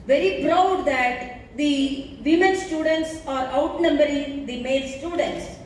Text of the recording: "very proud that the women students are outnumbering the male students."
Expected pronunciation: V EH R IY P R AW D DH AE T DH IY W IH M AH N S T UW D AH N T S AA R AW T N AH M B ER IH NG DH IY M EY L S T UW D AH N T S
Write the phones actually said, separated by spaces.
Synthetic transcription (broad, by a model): V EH R IY B R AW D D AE T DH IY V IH M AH N S T UW D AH N T S AA R AW T N AH M B ER IH NG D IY M EY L S T UW D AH N T S